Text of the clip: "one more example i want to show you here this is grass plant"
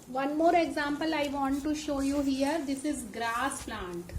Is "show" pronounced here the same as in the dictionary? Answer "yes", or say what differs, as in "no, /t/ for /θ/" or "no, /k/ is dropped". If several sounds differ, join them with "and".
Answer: yes